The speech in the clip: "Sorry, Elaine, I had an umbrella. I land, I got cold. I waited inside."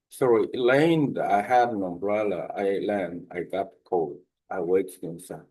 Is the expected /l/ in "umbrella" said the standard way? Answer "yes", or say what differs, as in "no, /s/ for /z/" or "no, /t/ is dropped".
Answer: yes